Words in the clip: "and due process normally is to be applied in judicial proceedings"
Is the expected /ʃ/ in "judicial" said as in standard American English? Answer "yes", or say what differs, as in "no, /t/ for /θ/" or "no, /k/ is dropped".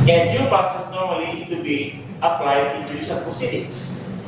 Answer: no, /s/ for /ʃ/